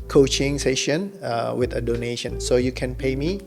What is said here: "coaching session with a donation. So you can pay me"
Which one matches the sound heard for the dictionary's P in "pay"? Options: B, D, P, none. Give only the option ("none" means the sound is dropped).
P